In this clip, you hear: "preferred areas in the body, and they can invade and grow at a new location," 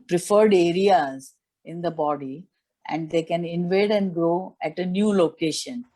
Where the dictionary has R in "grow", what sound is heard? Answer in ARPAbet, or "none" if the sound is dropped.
R